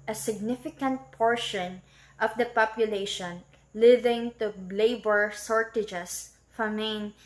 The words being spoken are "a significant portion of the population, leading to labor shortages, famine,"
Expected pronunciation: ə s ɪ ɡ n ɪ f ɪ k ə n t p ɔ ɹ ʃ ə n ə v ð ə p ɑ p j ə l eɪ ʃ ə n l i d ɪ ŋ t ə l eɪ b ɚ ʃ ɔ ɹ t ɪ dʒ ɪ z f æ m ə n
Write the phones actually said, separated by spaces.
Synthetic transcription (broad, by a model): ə s ɪ ɡ n ɪ f ɪ k ə n t p ɔ ɹ ʃ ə n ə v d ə p ɑ p j ə l eɪ ʃ ə n l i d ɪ ŋ t ə l eɪ b ɚ s ɔ ɹ t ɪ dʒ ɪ s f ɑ m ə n